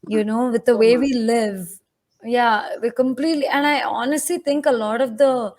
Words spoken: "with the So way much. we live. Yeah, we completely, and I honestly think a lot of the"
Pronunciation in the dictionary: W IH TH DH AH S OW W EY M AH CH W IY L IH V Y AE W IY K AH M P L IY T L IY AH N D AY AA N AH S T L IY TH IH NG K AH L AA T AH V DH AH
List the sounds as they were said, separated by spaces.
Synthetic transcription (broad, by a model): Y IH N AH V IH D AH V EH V IY L IH V Y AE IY K AH M P L IY T L IY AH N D AY AA N AH S T L IY T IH NG K AH L AA T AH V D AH